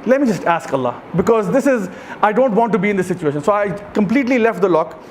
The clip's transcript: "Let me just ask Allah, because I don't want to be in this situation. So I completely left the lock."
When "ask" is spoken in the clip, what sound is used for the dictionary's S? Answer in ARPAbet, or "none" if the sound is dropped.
S